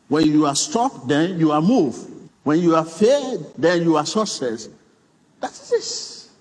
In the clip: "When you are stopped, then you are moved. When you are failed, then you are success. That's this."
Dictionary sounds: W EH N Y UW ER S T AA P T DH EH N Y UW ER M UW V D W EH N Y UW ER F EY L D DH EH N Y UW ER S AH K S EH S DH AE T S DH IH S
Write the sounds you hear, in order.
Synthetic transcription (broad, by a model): W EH N Y UW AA S T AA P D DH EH N Y UW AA M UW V W EH N Y UW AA F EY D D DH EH N Y UW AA S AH S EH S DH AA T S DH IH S